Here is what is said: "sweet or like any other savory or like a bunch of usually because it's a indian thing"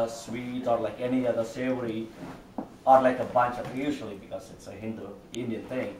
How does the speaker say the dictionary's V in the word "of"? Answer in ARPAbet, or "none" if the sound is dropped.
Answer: P